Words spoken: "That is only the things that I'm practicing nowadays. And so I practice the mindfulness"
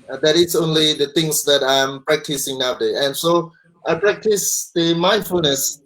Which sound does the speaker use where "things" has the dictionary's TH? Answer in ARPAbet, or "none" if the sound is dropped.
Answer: T